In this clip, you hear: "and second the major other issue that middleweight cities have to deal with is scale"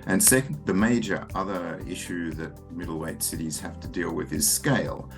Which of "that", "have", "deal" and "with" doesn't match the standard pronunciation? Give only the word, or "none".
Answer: have